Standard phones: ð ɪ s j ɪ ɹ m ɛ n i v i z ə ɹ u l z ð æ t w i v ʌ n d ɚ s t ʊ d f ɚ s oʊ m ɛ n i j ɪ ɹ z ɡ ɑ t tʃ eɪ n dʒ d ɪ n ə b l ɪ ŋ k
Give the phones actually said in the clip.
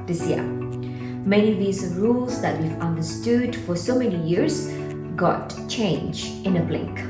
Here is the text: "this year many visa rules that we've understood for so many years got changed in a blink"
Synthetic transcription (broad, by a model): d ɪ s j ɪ m ɛ n i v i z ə ɹ u l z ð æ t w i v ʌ n d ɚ s t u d f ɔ s oʊ m ɛ n i j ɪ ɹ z ɡ ɑ t tʃ eɪ n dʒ ɪ n ə b l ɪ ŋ k